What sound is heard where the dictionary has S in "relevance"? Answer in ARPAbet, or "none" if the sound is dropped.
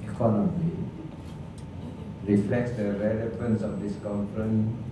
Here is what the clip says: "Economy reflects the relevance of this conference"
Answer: S